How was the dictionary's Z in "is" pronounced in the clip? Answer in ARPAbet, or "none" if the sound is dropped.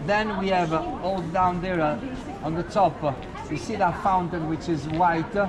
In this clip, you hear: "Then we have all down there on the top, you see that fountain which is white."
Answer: Z